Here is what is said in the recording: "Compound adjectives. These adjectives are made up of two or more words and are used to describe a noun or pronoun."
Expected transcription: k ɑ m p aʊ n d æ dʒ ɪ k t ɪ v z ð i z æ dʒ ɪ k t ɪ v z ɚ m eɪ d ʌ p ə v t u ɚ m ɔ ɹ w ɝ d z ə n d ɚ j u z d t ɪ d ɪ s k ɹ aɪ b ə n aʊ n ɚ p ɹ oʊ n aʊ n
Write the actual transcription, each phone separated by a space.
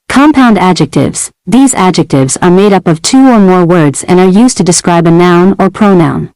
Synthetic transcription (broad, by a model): k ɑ m p aʊ n d æ dʒ ɪ k t ɪ v z ð i z æ dʒ ɪ k t ɪ v z ɚ m eɪ d ʌ p ə v t u ɚ m ɔ ɹ w ɝ d z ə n ɚ j u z t ɪ d ɪ s k ɹ aɪ b ə n aʊ n ɚ p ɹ oʊ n aʊ n